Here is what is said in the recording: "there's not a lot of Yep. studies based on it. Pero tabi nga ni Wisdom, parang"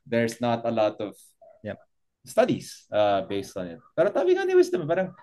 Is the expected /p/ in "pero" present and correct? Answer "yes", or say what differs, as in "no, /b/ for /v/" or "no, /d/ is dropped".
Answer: yes